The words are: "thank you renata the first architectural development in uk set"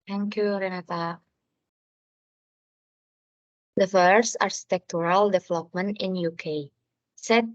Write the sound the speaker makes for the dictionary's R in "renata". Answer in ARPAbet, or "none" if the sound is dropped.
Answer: R